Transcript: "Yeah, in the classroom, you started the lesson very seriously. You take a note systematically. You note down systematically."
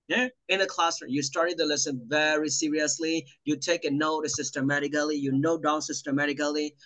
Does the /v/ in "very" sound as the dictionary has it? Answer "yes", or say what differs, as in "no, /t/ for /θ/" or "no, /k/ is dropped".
yes